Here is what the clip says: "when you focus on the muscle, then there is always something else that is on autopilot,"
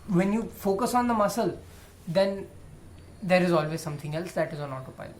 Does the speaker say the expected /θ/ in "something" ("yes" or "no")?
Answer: no